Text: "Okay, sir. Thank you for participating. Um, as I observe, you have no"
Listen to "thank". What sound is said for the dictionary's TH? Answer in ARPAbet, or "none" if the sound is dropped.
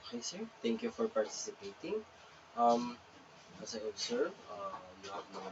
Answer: T